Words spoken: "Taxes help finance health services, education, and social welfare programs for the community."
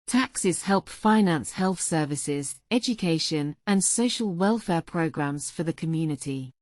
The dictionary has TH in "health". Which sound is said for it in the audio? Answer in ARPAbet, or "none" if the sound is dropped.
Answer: TH